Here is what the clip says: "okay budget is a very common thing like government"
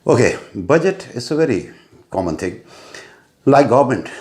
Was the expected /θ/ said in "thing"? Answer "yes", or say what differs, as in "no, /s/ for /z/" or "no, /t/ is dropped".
no, /t/ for /θ/